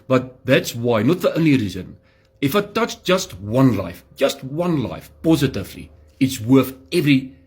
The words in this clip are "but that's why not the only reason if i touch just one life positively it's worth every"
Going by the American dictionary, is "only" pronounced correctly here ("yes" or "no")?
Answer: yes